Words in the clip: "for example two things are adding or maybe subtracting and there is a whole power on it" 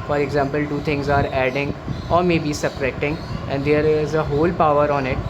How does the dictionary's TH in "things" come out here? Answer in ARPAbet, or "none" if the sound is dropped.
T